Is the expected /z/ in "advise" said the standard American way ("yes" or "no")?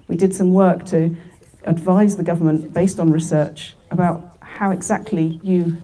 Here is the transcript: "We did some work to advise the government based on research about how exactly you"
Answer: yes